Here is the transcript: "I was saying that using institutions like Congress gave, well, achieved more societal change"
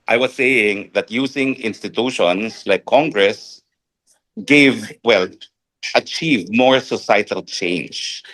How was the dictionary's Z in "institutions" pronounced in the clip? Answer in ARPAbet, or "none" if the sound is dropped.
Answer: S